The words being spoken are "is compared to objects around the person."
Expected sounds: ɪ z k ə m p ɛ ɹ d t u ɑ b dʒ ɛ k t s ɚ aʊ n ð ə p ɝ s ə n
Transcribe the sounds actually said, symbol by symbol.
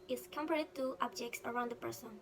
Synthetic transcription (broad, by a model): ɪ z k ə m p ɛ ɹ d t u ɑ b dʒ ɛ k t s ɚ aʊ n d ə p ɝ s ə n